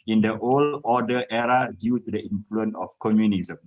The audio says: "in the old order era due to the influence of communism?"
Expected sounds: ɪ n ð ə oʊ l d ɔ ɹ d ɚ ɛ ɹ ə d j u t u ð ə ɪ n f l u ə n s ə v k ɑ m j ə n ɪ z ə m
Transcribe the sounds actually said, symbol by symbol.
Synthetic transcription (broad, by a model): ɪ n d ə oʊ l ɔ d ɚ ɛ ɹ ə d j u t u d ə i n f l u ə n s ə f k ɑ m j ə n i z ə m